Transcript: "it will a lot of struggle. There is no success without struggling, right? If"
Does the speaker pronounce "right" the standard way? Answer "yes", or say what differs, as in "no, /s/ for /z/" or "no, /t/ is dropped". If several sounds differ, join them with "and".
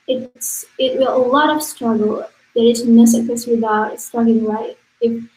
no, /l/ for /ɹ/